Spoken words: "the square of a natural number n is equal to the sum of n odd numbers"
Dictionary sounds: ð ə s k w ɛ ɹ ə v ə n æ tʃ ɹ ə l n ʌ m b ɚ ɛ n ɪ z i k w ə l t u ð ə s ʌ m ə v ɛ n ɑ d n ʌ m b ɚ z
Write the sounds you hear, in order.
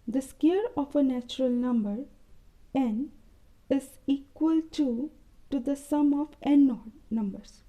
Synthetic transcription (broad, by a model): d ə s k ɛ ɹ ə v ə n æ tʃ ɹ ə l n ʌ m b ɚ ɛ n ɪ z i k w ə l t u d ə s ʌ m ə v ɛ n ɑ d n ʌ m b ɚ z